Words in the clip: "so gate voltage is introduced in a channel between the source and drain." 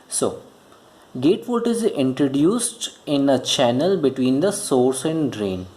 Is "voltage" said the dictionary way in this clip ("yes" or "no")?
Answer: no